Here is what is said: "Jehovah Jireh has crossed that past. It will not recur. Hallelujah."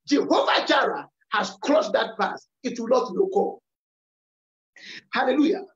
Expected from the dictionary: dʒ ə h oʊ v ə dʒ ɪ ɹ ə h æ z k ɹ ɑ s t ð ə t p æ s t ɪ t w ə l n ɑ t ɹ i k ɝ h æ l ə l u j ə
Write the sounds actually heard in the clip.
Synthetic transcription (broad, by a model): dʒ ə h oʊ v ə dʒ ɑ ɹ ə h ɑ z k l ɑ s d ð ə t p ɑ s ɪ t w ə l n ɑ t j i k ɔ h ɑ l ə l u j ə